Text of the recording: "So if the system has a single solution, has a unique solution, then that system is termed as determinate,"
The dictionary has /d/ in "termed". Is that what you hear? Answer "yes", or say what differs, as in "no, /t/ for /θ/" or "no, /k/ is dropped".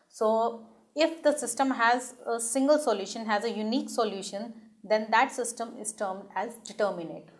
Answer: yes